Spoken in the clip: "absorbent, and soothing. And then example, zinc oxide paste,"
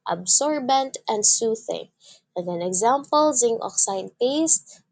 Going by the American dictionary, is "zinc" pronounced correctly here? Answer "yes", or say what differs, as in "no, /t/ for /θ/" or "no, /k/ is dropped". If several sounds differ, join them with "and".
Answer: no, /k/ is dropped